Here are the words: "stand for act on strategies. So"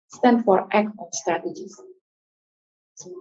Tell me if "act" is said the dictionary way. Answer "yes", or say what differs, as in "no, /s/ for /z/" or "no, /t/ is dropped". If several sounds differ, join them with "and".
no, /t/ is dropped